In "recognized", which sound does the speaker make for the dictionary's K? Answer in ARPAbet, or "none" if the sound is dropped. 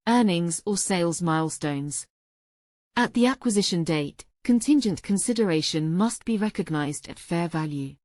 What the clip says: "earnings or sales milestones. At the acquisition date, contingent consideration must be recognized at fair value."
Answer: K